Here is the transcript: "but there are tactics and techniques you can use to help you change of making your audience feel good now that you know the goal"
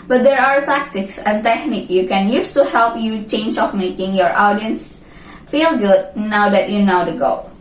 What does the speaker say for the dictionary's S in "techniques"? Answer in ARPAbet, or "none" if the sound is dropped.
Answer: none